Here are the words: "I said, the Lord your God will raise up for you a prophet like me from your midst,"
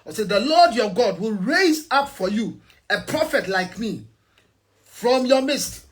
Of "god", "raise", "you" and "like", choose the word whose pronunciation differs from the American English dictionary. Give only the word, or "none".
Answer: none